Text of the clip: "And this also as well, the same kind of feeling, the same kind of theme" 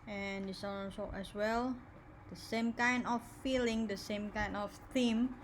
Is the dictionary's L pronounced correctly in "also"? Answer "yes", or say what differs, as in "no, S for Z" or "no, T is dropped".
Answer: no, L is dropped